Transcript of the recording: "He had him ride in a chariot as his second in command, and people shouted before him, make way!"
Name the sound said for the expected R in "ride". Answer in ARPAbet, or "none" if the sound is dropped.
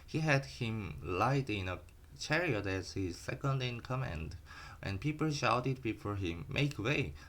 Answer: L